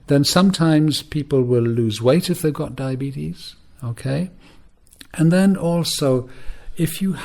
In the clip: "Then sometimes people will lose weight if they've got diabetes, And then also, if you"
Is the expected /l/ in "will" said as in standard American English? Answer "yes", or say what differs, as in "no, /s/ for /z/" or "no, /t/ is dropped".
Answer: yes